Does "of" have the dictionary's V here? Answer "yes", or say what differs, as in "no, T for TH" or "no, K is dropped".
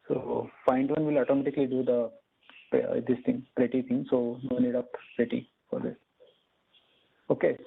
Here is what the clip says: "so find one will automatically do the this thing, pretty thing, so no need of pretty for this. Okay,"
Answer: no, P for V